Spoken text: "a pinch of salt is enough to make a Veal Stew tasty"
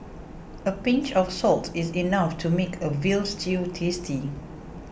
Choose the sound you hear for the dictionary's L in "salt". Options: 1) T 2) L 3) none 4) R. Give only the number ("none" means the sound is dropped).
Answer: 2